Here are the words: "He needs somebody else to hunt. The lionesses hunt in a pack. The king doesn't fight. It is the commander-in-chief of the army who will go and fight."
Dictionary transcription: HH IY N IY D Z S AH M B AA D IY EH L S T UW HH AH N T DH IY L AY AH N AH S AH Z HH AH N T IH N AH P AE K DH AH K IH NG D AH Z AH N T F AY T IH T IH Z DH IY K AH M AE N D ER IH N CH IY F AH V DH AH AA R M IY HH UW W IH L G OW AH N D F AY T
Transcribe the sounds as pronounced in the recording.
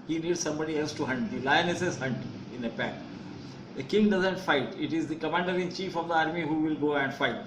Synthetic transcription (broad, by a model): HH IY N IY D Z S AH M B AA D IY EH L S T UW HH AH N T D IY L AY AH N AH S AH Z HH AH N T IH N AH P AE K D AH K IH NG D AH Z AH N T F AY T IH T IH Z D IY K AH M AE N D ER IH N CH IY F AH V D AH AA R M IY HH UW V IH L G OW AH N D F AY T